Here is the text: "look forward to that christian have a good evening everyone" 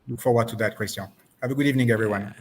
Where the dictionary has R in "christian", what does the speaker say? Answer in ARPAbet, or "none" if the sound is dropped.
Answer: W